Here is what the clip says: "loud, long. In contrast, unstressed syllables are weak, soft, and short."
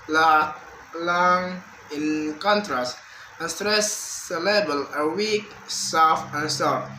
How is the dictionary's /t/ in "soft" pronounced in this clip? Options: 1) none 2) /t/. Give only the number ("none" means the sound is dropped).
1